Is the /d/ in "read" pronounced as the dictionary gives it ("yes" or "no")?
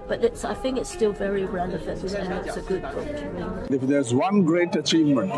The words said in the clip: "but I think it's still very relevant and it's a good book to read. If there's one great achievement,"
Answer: no